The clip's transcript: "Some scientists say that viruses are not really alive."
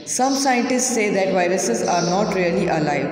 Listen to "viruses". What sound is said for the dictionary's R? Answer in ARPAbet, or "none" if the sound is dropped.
R